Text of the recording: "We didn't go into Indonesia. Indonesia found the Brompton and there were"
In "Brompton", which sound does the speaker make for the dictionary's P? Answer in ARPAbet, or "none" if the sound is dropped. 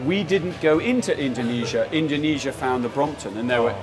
P